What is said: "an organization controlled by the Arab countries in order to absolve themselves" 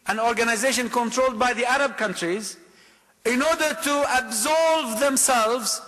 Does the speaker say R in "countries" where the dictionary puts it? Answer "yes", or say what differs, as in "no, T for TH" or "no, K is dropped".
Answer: yes